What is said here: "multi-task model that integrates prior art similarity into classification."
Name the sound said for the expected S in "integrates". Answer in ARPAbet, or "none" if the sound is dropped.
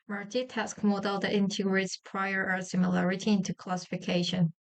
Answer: S